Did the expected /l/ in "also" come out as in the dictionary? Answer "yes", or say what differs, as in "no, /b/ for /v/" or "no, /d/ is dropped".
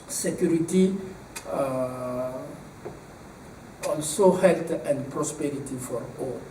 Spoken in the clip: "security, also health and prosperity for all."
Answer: no, /n/ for /l/